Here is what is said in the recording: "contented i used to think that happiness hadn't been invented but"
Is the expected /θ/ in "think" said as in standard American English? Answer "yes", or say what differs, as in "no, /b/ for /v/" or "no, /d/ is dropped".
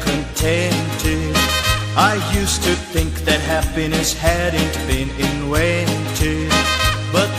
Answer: yes